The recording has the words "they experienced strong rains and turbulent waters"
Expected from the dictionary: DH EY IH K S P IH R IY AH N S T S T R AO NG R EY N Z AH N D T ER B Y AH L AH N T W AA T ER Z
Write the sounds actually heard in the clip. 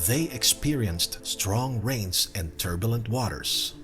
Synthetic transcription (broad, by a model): DH EY IH K S P IH R IY AH N S T S T R AO NG R EY N Z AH N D T ER B Y AH L AH N T W AA T ER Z